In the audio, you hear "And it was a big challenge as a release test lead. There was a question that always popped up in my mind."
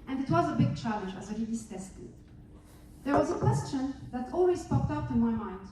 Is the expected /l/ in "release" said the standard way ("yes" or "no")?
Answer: no